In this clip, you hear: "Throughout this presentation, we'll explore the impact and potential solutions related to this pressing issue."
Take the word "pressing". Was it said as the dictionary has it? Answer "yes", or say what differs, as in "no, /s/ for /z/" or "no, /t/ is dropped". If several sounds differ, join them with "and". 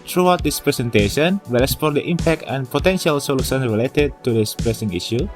yes